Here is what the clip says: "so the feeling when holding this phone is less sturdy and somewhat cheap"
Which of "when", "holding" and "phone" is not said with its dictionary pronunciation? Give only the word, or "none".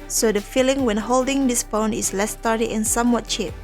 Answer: phone